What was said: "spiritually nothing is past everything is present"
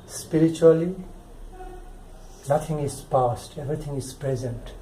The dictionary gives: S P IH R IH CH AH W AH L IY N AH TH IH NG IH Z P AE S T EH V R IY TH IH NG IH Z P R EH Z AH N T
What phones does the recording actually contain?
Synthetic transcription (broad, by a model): S P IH R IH CH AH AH L IY N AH T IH NG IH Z P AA S T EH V R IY T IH NG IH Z P R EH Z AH N T